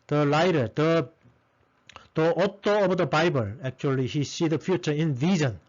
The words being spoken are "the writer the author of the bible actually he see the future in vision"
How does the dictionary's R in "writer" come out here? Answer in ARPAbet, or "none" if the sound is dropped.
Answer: L